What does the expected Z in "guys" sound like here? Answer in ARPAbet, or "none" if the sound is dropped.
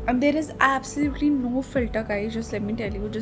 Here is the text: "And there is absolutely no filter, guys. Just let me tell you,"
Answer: none